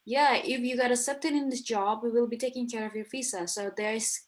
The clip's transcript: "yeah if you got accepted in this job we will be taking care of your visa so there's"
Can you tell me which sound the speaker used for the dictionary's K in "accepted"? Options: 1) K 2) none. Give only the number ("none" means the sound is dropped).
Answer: 2